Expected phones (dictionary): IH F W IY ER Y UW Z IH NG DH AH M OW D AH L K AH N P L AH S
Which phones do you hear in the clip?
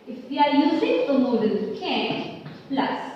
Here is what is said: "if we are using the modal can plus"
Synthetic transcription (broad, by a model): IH F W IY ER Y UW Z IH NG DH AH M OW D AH N K AH N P L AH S